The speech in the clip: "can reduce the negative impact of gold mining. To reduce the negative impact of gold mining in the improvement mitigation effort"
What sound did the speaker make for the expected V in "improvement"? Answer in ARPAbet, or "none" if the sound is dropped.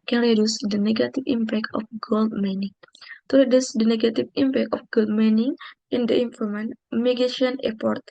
none